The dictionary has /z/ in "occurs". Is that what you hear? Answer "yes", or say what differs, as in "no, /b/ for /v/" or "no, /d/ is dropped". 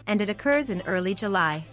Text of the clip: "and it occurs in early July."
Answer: yes